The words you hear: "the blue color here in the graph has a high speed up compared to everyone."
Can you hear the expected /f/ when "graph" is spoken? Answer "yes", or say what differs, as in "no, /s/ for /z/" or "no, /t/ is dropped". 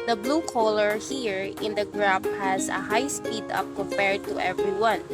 no, /p/ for /f/